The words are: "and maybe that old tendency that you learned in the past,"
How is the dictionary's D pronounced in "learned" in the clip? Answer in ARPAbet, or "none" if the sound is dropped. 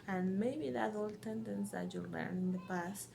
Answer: none